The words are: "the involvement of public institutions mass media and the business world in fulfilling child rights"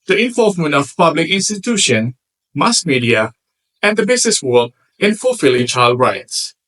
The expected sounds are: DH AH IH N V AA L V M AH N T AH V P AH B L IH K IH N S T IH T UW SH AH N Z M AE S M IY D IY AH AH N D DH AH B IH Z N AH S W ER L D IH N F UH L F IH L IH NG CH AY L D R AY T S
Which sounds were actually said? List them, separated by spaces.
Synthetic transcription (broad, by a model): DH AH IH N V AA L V M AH N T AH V P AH B L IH K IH N S T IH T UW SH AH N M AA S M IY D IY AH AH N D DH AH B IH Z N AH S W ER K IH N F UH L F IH L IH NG CH AY L D R AY T S